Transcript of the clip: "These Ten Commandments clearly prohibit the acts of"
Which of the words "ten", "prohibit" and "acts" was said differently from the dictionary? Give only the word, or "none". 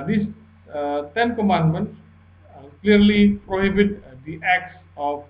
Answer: none